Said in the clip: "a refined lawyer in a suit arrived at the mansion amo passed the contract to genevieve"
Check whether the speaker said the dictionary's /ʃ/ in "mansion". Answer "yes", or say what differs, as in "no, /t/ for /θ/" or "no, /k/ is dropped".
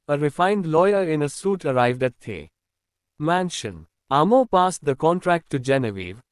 yes